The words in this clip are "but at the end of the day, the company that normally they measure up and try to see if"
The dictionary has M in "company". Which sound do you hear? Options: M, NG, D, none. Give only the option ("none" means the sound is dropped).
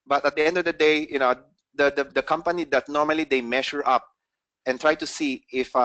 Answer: M